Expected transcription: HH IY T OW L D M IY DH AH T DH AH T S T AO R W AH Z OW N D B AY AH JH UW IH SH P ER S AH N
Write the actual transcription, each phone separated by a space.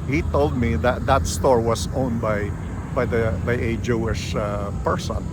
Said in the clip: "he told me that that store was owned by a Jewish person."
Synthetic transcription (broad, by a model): HH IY T OW L D M IY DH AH T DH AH T S T AO R W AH S OW N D B AY AH JH UW IH SH P ER S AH N